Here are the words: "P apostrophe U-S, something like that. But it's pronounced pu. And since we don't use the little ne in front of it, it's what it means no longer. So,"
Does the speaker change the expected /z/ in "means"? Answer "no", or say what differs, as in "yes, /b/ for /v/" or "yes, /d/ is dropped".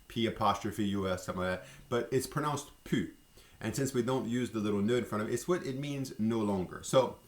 no